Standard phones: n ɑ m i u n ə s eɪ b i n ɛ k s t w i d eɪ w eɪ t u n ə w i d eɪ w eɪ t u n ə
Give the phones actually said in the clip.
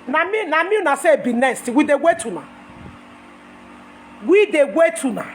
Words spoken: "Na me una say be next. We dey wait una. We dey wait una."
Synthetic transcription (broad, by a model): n ɑ m i u n ə s eɪ b i n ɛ s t w i d eɪ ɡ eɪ t u n ə w i d eɪ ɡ eɪ t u n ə